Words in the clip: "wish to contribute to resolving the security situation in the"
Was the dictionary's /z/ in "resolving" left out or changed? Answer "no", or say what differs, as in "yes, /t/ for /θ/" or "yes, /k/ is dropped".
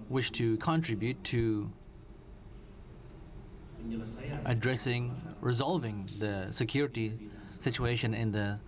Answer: no